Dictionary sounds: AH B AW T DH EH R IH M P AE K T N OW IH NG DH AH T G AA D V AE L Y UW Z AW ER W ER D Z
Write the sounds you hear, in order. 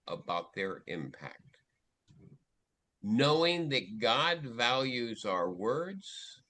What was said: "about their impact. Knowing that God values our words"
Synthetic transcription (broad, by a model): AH B AW T DH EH R IH M P AE K T N OW IH NG DH AH T G AA D V AE L Y UW Z AW ER W ER D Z